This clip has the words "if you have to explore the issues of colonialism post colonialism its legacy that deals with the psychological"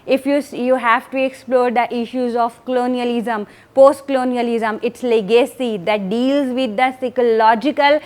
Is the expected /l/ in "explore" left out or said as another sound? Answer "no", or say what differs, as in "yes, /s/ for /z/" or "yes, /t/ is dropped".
no